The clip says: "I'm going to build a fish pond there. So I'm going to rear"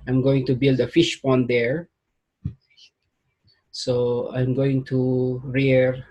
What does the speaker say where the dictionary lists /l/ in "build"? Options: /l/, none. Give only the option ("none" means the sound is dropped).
/l/